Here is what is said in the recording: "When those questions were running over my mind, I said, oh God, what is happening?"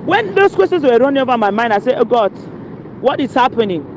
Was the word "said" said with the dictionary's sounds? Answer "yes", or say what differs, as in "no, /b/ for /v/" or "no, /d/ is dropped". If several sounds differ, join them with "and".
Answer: no, /d/ is dropped